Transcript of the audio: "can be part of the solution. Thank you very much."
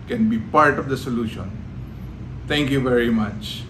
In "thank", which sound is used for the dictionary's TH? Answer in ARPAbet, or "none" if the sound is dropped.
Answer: T